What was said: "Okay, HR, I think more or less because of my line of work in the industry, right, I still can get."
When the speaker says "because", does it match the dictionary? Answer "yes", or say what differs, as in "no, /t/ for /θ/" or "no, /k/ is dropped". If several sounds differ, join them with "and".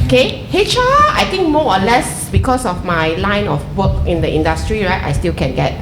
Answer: no, /s/ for /z/